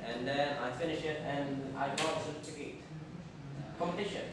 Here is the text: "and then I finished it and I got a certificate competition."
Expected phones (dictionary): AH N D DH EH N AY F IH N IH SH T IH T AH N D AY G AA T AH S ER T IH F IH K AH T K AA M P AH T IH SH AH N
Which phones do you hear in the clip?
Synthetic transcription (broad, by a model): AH N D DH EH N AY F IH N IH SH IH T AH N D AY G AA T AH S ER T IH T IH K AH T K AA M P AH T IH SH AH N